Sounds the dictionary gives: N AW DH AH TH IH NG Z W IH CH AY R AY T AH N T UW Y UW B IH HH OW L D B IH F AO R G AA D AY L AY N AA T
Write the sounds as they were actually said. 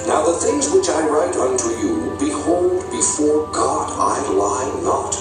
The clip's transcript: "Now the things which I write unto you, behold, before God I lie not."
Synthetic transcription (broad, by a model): N AW DH AH TH IH NG Z W IH CH AY R AY T AH N T UW Y UW B IH HH OW L D B IH F AO R G AA D AY L AY N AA T